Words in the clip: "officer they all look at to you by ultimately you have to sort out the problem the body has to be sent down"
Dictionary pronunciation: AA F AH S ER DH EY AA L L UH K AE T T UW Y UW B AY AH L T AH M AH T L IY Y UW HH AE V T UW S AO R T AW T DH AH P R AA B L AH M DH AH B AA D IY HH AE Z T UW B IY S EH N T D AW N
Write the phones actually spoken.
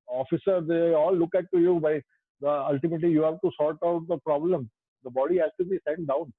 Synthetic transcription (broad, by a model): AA F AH S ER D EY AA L L UH K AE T T UW Y UW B AY AH L T AH M AH T L IY Y UW HH AE V T UW S AO L T AW T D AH P R AA B L AH M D AH B AA D IY HH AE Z T UW B IY S EH N T D AW N